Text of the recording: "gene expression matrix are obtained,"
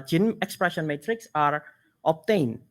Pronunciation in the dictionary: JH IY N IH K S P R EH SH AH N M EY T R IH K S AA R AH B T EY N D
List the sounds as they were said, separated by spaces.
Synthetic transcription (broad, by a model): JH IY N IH K S P R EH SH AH N M EY T R IH K S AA R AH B T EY N